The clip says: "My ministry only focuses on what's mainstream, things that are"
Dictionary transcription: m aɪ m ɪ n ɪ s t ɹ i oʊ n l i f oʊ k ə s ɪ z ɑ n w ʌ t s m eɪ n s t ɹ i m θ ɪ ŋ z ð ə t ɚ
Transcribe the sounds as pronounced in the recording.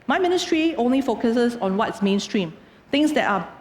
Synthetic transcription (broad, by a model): m aɪ m ɪ n ɪ s t ɹ i oʊ n l i f oʊ k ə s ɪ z ɑ n w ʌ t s m eɪ n s t ɹ i m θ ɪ ŋ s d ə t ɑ